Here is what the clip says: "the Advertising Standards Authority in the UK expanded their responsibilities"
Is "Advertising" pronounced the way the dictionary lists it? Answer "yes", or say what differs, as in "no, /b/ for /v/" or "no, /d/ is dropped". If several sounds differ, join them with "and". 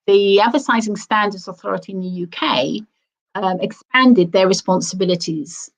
no, /s/ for /t/